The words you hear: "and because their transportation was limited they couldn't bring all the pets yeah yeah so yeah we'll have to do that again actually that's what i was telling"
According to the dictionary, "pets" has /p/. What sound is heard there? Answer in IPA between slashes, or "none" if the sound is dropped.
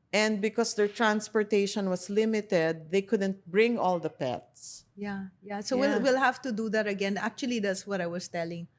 /p/